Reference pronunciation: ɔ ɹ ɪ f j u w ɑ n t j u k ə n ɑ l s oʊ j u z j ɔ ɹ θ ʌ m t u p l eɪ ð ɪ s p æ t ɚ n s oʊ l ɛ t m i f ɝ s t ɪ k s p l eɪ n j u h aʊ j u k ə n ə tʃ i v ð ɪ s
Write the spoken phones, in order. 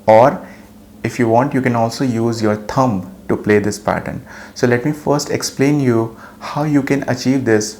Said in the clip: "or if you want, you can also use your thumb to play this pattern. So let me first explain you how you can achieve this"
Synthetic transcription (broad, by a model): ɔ ɹ ɪ f j u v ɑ n t j u k ə n ɑ l s oʊ j u z j ɔ ɹ t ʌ m t u p l eɪ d ɪ s p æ t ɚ n s oʊ l ɛ t m i f ɝ s t ɪ k s p l eɪ n j u h aʊ j u k ə n ə tʃ i v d ɪ s